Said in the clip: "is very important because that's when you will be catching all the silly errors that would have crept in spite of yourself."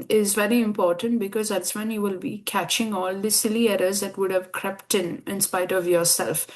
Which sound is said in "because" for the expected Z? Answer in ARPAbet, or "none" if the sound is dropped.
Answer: Z